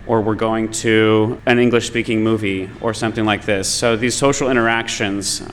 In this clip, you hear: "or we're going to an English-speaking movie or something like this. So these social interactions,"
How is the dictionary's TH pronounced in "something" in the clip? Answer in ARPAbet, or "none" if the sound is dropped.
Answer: TH